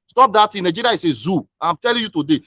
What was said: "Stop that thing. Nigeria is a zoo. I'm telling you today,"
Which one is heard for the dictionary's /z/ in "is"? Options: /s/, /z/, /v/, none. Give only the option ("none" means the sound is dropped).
/s/